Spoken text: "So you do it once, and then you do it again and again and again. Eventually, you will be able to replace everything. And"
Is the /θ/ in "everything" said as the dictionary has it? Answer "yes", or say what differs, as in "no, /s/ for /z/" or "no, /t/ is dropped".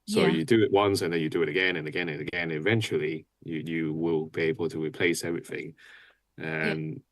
yes